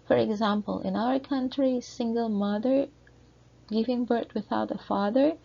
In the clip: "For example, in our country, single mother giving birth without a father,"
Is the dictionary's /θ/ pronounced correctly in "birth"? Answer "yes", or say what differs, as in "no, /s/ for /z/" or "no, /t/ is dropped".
no, /t/ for /θ/